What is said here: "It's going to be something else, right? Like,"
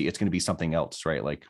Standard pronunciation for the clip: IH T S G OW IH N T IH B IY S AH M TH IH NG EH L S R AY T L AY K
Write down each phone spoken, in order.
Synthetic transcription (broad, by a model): IH T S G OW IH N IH B IY S AH M TH IH NG EH L S R AY T L AY K